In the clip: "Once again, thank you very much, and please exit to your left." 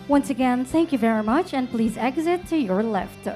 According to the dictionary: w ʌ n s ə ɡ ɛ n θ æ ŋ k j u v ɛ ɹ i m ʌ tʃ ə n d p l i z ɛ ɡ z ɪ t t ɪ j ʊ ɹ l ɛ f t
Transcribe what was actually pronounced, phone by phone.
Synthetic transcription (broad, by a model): w ʌ n s ə ɡ ɛ n θ æ ŋ k j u v ɛ ɹ i m ʌ tʃ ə n p l i z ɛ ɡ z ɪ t t ɪ j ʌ ɹ l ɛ f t